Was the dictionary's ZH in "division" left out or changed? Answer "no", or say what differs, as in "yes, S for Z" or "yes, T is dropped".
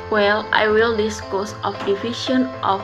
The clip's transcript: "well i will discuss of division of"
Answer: yes, SH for ZH